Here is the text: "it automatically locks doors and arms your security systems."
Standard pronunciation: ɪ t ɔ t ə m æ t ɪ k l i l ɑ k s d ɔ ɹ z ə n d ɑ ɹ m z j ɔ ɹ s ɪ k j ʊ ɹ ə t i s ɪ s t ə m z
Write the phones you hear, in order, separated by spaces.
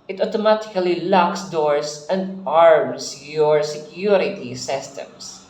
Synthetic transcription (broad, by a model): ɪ t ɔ t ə m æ t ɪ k l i l ɑ k s d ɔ ɹ s ə n d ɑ ɹ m s j ɔ ɹ s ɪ k j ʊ ɹ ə t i s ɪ s t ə m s